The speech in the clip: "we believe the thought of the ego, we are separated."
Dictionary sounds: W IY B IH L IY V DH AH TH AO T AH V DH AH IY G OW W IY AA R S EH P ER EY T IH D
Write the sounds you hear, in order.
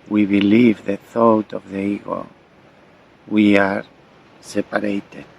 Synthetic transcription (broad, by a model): W IY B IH L IY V DH AH TH AO T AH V DH AH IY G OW W IY AA R S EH P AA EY T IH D